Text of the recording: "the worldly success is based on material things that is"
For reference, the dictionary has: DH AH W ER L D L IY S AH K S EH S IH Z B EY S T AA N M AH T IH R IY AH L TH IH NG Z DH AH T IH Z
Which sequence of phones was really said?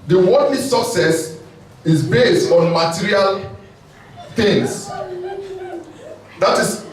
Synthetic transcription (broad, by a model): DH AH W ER D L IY S AH K S EH S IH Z B EY S T AA N M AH T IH R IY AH L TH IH NG S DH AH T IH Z